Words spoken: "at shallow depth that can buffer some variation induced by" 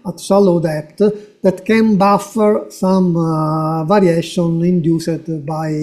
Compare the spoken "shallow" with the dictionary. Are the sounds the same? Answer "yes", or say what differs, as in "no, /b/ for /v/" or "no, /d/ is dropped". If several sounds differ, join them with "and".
no, /s/ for /ʃ/